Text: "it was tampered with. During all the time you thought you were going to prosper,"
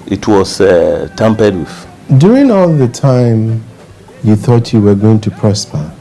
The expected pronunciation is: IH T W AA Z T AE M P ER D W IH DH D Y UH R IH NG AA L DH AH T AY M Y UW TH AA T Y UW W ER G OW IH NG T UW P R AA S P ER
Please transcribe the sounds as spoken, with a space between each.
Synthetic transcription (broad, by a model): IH T W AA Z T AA M P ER D W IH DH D Y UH R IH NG AA L DH AH T AY M Y UW TH AA T Y UW W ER G OW IH NG T UW P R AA S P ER